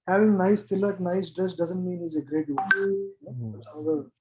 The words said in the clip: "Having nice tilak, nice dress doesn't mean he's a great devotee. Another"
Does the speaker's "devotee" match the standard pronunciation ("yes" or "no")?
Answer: no